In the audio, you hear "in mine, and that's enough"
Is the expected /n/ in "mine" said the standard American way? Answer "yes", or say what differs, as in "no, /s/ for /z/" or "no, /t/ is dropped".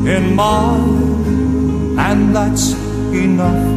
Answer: no, /n/ is dropped